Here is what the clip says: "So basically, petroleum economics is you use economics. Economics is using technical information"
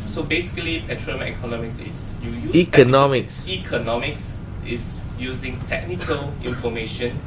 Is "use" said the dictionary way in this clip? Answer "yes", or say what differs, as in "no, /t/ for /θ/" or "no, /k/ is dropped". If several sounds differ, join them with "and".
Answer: no, /s/ is dropped